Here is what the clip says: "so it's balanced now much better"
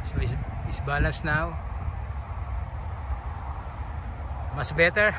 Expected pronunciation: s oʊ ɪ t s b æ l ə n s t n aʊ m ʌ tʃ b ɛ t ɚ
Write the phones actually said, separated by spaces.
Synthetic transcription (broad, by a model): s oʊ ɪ s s b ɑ l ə n s n aʊ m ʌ s b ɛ t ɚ